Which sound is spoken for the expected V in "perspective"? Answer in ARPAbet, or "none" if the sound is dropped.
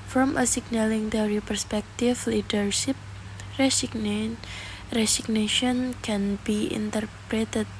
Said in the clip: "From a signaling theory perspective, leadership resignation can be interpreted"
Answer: F